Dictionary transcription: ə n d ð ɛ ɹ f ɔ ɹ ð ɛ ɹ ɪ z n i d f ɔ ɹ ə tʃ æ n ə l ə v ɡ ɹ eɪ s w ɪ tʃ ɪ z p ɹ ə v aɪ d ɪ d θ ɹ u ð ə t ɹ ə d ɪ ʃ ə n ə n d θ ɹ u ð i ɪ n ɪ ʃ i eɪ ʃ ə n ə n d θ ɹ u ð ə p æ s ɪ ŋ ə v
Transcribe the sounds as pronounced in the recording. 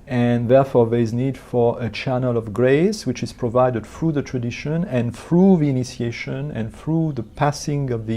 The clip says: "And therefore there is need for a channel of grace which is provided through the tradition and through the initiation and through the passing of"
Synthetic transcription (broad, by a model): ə n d ð ɛ ɹ f ɔ ɹ ð ɛ ɹ ɪ z n i d f ɔ ɹ ə tʃ æ n ə l ə v ɡ ɹ eɪ s w ɪ tʃ ɪ z p ɹ ə v aɪ d ɪ d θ ɹ u ð ə t ɹ ə d ɪ ʃ ə n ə n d θ ɹ u ð i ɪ n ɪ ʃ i eɪ ʃ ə n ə n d θ ɹ u ð ə p æ s ɪ ŋ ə v